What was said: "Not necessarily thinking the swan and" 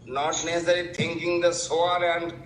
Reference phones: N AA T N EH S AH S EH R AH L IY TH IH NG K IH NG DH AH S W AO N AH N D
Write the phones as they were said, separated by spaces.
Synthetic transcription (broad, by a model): N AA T N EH S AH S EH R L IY T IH NG K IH NG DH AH S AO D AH N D